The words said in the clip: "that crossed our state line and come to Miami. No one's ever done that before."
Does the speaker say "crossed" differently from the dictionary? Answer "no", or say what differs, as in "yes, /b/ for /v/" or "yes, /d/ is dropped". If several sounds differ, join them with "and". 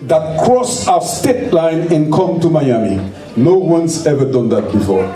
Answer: yes, /t/ is dropped